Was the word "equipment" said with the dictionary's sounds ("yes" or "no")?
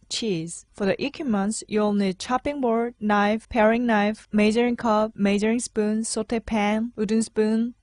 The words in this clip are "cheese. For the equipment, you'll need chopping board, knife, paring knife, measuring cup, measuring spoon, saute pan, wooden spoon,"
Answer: no